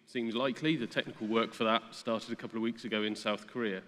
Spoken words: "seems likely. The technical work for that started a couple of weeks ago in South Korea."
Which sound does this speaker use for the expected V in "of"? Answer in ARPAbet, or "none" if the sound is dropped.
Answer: V